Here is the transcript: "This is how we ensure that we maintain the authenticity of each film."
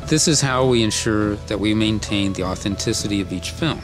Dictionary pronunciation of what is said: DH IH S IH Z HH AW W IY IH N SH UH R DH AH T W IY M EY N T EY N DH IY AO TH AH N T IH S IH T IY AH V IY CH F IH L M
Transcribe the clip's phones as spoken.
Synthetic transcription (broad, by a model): DH IH S IH Z HH AW W IY IH N SH UH R DH AH T W IY M EY N T EY N DH IY AO TH AH N T IH S IH T IY AH V IY CH F IH L M